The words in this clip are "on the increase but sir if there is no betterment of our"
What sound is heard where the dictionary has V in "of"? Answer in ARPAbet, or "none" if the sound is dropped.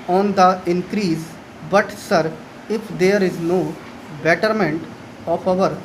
P